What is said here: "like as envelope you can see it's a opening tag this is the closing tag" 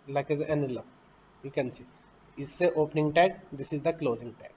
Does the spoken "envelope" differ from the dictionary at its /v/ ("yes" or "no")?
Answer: yes